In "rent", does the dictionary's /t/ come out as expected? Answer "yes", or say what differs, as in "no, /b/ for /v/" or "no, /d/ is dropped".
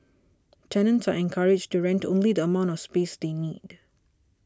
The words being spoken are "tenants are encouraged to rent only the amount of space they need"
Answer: yes